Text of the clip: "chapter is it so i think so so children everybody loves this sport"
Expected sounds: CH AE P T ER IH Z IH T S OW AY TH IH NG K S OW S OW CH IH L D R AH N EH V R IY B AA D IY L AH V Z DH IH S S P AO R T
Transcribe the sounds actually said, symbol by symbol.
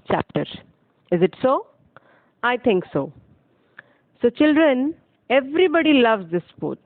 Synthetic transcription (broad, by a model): CH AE P T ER IH Z IH T S OW AY T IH NG K S OW S OW CH IH L D R AH N EH V R IY B AA D IY L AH V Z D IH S S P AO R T